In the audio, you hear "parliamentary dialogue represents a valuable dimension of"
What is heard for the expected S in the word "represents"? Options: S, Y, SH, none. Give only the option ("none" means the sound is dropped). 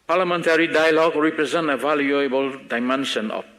none